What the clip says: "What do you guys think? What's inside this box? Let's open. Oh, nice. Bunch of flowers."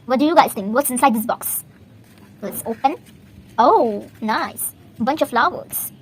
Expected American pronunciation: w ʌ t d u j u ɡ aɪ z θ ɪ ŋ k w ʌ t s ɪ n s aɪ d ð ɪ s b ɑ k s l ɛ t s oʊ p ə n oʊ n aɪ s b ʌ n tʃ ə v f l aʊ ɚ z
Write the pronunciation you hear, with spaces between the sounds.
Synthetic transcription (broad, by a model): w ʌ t d u j u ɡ aɪ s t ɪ ŋ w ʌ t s ɪ n s aɪ d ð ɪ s b ɑ k s w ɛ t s oʊ p ə n oʊ n aɪ s b ʌ n tʃ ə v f l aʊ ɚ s